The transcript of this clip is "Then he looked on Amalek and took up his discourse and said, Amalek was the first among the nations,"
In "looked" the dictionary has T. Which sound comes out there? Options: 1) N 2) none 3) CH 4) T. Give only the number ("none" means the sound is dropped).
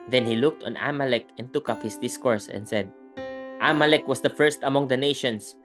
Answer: 4